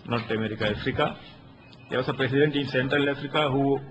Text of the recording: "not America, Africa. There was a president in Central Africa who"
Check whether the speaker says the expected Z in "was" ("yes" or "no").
no